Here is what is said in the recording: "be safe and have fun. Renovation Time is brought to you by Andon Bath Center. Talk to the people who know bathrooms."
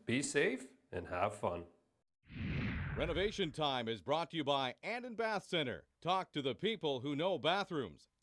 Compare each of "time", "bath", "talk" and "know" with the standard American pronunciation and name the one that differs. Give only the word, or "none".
none